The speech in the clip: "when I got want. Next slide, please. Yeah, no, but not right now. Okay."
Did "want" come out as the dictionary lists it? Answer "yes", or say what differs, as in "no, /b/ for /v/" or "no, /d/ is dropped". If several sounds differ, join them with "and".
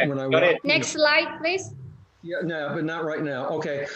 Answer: no, /n/ is dropped